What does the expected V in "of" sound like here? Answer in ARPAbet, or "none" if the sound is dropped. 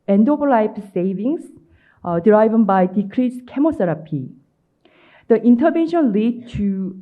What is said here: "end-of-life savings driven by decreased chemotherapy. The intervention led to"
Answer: P